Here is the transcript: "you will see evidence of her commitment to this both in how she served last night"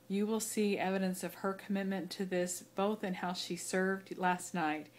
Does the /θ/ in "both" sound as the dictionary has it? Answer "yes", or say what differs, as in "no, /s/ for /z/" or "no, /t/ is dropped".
yes